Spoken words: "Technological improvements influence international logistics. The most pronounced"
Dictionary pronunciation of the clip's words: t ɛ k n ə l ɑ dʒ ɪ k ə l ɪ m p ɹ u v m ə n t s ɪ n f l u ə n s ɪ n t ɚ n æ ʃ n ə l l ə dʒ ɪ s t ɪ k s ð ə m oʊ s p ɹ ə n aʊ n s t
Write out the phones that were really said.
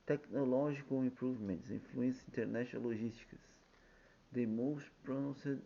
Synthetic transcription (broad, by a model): t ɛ k n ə l ɑ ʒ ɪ k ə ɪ m p ɹ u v m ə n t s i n f l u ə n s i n t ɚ n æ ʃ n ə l l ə ʒ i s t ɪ k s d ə m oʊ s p ɹ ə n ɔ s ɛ